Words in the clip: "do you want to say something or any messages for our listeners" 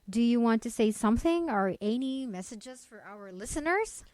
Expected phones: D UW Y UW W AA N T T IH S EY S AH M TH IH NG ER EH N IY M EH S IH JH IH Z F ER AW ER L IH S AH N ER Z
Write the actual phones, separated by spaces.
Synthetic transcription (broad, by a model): D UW Y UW W AA N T T IH S EY S AH M TH IH NG ER EH N IY M EH S IH JH IH Z F ER AW ER L IH S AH N ER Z